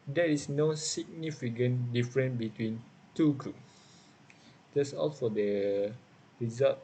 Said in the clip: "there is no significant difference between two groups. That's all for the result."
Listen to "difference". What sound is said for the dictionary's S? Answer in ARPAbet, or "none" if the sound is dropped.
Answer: none